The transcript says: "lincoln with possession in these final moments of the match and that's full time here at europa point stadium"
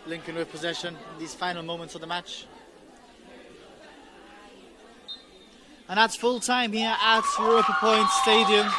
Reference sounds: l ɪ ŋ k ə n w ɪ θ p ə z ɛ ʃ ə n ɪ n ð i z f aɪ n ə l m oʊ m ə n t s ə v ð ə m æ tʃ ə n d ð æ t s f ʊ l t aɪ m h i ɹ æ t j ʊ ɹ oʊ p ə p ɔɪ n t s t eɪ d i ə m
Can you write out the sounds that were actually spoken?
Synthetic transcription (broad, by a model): l ɪ ŋ k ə n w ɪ p ə z ɛ ʃ ə n ɪ n ð i z f aɪ n ə l m oʊ m ə n t s ə v ð ə m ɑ tʃ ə n ð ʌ t s f ʊ l t aɪ m h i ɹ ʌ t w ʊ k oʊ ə p ɔɪ n t s t eɪ d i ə m